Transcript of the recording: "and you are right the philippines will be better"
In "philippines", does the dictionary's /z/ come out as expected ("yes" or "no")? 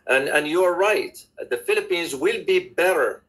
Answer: yes